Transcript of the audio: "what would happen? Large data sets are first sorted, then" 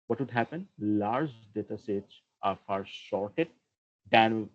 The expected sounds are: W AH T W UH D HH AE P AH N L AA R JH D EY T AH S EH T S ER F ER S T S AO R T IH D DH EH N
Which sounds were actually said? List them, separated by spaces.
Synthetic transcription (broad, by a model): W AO T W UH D HH AE P AH N L AA R JH D EY T AH S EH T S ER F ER T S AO R T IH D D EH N